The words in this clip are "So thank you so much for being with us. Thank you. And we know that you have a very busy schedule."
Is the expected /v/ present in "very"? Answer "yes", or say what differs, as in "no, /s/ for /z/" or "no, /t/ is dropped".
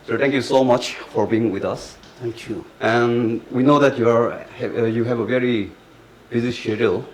yes